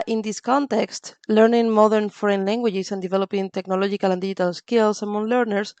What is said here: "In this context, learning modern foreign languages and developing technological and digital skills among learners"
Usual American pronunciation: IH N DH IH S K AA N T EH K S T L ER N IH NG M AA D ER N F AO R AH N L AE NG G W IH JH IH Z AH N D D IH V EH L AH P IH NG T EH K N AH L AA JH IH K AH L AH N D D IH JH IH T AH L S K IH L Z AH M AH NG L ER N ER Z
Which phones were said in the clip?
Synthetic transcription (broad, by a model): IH N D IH S K AA N T EH K S T L ER N IH NG M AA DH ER N F AO R AH N L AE NG G W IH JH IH S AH N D D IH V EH L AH P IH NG T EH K N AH L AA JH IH K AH L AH N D D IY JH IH T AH L S K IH L S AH M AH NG L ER N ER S